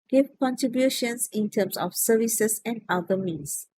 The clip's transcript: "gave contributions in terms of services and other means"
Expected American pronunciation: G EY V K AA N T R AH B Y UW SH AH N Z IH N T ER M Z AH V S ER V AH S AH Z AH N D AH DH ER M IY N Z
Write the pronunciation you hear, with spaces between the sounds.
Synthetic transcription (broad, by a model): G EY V K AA N T R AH B Y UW SH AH N S IH N T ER M S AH F S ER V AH S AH S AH N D AH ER M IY N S